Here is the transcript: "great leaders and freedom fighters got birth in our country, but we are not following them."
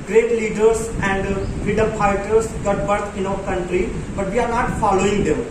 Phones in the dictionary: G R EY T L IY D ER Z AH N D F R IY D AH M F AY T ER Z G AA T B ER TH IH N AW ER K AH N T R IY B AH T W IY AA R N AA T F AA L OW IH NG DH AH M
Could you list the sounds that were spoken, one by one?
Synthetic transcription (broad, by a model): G R EY T L IY D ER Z AH N D F R IY D AH M P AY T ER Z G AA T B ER T IH N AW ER K AH N T R IY B AH T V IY AA R N AA T F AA L OW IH NG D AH M